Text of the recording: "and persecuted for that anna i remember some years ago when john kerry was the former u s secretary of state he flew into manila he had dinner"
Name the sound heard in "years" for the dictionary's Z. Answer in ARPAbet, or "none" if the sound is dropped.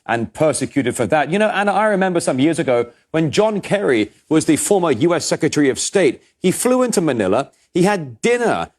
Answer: Z